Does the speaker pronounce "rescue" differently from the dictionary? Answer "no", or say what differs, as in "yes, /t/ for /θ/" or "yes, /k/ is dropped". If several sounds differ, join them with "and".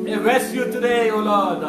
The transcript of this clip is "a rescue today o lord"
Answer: yes, /k/ is dropped